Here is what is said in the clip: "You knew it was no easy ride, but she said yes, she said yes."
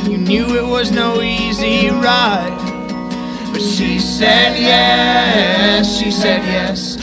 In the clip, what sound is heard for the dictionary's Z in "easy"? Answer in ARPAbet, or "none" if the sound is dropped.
Z